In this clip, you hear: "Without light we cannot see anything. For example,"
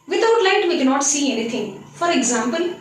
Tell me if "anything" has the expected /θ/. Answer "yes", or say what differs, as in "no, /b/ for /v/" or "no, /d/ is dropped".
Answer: no, /t/ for /θ/